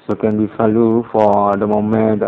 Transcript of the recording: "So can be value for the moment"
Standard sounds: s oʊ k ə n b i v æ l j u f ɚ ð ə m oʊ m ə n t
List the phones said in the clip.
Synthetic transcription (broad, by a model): s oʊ k ə n b i f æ l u f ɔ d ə m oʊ m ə n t